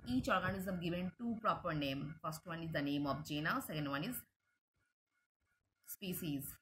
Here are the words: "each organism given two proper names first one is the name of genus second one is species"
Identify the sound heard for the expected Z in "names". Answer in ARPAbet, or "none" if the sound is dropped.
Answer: none